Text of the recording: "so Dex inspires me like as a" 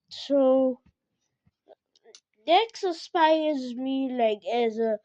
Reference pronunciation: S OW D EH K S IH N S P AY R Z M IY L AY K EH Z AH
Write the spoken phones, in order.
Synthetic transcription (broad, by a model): S OW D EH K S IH S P AY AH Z M IY L AY K EH Z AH